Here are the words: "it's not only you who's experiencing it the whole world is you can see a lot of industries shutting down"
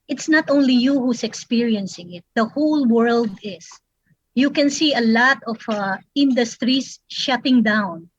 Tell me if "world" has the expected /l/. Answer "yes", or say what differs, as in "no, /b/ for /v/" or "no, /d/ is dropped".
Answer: yes